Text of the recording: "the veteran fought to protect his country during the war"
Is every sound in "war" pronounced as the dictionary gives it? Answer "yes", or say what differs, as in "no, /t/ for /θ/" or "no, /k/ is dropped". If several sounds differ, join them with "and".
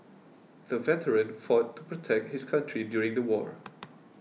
yes